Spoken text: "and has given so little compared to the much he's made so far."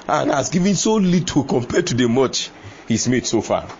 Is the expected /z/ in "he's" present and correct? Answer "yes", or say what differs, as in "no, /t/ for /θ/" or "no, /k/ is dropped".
no, /s/ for /z/